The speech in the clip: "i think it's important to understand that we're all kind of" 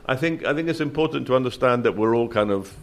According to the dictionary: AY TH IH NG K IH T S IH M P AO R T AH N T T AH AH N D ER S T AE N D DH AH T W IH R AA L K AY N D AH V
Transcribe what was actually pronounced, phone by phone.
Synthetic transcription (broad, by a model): AY TH IH NG K IH T S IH M P AO R T N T T AH AH N D ER S T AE N DH AH T W IH R AA L K AY N D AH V